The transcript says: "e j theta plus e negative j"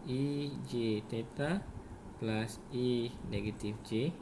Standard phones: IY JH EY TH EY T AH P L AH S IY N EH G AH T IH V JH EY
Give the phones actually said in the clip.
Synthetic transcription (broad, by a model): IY JH EY T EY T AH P L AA S IY N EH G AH T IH F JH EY